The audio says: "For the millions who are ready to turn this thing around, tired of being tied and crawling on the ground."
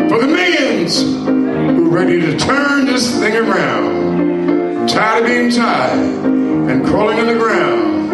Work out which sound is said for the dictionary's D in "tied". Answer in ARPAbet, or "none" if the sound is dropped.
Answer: none